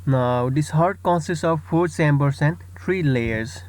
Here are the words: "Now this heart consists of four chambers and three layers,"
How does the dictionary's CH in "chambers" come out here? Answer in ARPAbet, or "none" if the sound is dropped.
S